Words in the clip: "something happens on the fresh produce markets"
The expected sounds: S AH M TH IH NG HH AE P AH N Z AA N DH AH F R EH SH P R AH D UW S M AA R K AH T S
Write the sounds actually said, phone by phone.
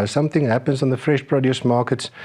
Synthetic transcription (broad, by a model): S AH M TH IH NG HH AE P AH N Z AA N DH AH F R EH SH P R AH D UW S M AA K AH T S